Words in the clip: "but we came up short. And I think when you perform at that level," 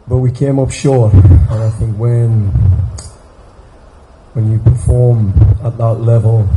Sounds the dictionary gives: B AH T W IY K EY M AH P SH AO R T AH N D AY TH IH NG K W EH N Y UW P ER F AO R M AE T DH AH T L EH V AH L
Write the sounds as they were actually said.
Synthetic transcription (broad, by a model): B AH T W IY K EY M AH P SH AO R AH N AY TH IH NG K W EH N Y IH P ER F AO R M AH T DH AH T L EH V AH L